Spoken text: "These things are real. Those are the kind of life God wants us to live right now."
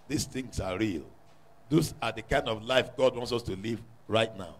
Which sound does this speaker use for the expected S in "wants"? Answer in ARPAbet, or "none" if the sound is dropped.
S